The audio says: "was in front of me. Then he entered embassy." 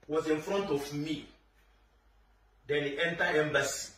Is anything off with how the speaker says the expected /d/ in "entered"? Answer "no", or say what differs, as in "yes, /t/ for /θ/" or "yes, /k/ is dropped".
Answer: yes, /d/ is dropped